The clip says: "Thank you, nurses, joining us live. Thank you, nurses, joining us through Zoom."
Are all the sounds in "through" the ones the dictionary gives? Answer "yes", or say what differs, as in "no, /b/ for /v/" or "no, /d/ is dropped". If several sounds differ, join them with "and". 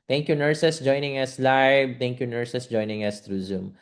no, /t/ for /θ/